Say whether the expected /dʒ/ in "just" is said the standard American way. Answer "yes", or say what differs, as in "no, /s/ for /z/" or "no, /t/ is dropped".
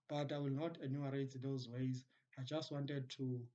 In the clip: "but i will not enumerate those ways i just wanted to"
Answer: yes